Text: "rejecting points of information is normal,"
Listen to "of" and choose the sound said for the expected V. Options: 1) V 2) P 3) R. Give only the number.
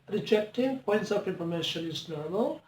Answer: 2